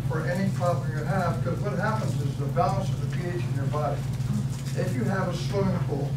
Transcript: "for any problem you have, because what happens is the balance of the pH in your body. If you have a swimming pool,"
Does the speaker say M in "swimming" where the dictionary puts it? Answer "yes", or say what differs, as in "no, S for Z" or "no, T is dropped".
no, M is dropped